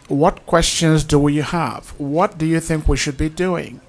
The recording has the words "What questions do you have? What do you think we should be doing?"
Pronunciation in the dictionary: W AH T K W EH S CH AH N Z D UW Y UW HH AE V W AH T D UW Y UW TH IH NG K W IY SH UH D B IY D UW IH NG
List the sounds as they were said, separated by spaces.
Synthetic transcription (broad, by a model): W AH T K W EH S CH AH N Z D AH Y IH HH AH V W AH T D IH Y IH TH IH NG K W IY SH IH D B IY D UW IH NG